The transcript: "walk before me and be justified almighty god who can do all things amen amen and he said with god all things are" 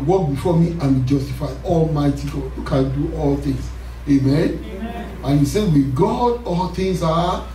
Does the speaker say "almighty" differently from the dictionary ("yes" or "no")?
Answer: no